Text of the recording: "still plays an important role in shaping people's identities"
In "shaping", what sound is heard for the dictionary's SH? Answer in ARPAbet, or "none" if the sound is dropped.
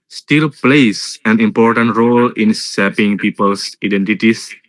S